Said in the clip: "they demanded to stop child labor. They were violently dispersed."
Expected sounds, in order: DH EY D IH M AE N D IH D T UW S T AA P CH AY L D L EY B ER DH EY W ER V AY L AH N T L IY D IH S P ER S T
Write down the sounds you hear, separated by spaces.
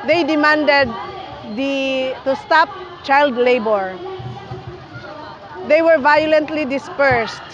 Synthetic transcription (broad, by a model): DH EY D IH M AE N D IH D T UW S T AA P CH AY L D L EY B ER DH EY W ER V AY L AH N T L IY D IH S P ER S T